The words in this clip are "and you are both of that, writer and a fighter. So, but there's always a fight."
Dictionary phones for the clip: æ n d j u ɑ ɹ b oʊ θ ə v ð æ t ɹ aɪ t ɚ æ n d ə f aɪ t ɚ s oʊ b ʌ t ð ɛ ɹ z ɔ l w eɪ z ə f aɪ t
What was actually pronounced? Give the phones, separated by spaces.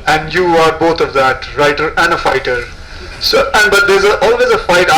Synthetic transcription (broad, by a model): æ n d j u ɑ ɹ b oʊ t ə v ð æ t ɹ aɪ t ɚ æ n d ə f aɪ t ɚ s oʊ b ʌ t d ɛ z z ɔ l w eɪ z ə f aɪ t